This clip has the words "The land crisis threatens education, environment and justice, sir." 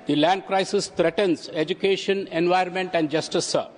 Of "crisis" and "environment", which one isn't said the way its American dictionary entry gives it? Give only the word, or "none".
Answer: environment